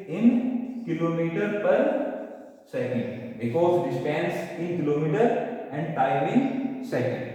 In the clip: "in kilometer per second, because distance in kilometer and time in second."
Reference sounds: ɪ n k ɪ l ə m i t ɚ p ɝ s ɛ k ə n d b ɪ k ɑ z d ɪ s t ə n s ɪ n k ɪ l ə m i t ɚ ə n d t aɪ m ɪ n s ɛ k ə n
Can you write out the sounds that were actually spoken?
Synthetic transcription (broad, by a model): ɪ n k ɪ l ə m i t ɚ p ɝ s ɛ k ə n d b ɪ k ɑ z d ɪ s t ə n s ɪ n k ɪ l ə m i t ɚ ə n d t aɪ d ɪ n s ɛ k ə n